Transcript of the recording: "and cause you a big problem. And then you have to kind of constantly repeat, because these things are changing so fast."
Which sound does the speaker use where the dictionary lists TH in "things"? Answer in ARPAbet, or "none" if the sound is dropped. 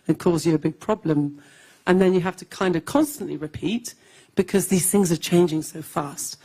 TH